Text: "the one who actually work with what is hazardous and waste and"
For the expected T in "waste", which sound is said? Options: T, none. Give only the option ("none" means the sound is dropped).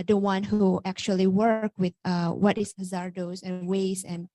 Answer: none